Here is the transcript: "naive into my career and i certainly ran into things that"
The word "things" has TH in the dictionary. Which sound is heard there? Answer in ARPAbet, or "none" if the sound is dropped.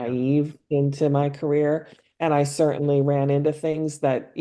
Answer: TH